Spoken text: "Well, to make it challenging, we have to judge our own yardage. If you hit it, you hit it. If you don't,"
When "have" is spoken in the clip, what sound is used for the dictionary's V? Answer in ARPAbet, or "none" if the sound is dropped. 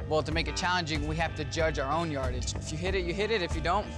F